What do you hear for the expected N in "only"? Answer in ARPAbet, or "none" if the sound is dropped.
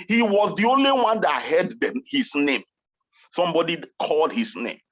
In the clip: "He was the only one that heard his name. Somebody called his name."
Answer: N